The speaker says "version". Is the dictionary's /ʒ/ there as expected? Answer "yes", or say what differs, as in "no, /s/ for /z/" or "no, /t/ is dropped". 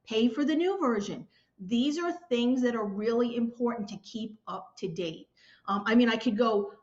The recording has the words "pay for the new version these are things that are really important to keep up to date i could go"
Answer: yes